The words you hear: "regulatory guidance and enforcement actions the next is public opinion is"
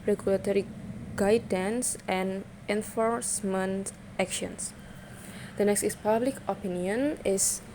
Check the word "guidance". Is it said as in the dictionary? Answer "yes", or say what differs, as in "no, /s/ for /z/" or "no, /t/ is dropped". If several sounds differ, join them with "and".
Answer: yes